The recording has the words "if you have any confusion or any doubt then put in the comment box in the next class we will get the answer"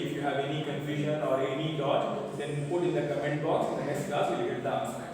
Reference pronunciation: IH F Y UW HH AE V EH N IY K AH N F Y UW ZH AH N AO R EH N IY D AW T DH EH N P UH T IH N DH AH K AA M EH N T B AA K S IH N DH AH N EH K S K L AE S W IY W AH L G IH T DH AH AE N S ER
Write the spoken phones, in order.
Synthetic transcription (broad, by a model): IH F Y UW HH AE V EH N IY K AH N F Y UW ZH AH N AO R EH N IY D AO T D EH N P UH T IH N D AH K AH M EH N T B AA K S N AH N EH S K AA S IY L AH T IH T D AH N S